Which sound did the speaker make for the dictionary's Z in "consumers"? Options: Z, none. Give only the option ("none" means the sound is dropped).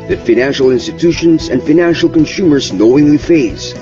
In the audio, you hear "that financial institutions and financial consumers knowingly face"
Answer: Z